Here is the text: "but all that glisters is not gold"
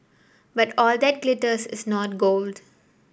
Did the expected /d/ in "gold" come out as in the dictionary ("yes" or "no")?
yes